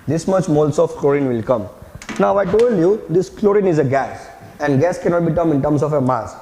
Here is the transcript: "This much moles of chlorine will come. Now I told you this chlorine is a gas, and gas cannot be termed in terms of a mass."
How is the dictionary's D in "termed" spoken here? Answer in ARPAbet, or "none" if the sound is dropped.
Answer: none